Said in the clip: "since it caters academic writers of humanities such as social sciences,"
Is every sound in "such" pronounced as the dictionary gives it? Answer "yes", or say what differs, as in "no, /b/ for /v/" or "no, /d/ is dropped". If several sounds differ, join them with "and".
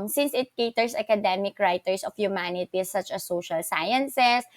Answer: yes